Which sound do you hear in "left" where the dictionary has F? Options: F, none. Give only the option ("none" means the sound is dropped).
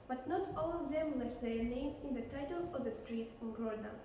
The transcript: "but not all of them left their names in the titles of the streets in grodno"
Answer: none